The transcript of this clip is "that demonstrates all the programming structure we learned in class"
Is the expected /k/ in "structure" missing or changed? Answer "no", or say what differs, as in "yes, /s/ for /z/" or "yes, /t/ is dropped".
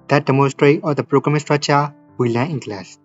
yes, /k/ is dropped